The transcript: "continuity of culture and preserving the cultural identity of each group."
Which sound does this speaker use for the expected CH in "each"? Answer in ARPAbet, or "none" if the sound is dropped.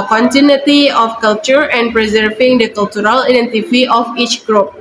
CH